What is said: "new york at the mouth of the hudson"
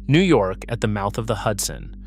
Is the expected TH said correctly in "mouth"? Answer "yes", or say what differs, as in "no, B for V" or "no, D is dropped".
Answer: yes